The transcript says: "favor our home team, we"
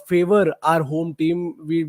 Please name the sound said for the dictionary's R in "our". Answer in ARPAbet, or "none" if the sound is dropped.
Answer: R